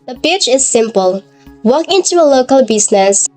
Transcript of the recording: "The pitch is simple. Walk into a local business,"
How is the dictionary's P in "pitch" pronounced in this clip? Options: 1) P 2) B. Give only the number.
2